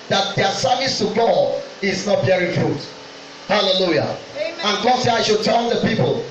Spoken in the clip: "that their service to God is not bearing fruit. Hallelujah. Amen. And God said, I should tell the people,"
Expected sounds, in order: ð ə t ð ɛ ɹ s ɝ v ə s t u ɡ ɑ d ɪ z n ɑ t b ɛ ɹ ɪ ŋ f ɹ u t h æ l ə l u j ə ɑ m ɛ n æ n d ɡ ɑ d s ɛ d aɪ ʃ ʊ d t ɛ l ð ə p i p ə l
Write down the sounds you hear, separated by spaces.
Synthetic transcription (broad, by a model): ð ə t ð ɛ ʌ s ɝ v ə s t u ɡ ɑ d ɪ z n ɑ t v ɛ ɹ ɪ f ɹ u t h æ l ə l u j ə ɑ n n ɡ ɑ d s ɛ d aɪ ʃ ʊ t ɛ n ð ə p i p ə l